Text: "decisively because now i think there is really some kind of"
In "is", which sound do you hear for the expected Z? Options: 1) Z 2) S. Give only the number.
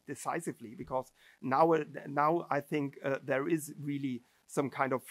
1